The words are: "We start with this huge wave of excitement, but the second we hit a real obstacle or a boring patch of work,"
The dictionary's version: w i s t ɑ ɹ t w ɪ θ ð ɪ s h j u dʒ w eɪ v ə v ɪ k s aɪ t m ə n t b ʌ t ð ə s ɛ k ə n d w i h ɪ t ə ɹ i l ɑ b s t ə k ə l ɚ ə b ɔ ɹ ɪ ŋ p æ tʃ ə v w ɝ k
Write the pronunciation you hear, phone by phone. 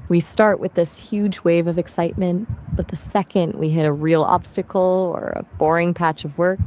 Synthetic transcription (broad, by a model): w i s t ɑ ɹ t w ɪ ð ɪ s h j u dʒ w eɪ v ə v ɪ k s aɪ t m ə n t b ʌ t ð ə s ɛ k ə n d w i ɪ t ə ɹ i l ɑ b s t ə k l ɚ ə b ɔ ɹ ɪ ŋ p æ tʃ ə v w ɝ k